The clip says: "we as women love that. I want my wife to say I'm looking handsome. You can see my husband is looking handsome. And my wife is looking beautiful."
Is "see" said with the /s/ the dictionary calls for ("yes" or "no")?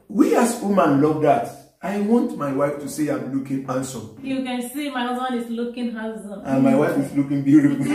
yes